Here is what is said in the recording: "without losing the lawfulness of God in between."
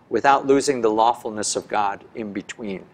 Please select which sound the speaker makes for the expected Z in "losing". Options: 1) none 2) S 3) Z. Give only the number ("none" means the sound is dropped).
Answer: 3